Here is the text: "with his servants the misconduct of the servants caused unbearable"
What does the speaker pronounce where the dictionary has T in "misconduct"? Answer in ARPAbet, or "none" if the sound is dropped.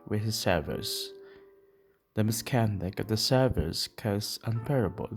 none